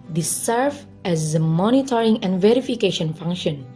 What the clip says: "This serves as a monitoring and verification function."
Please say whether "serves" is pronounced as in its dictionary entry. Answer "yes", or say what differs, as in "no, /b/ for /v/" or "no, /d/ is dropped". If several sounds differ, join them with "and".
no, /z/ is dropped